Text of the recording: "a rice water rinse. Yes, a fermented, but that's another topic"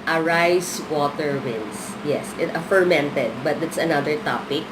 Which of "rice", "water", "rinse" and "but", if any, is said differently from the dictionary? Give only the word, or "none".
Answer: rinse